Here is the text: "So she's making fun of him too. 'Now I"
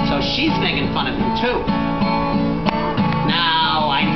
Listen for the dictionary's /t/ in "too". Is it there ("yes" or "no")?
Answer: yes